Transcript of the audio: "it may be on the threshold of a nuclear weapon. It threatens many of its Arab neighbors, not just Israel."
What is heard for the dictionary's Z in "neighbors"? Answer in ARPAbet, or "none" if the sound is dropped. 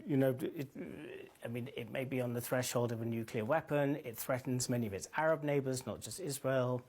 Z